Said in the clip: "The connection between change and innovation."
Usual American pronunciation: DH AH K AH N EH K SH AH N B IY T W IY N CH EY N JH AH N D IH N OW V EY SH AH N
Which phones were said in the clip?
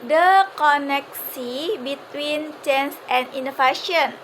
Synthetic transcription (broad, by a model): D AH K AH N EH K S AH B IY T W IY N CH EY N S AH N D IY N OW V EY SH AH N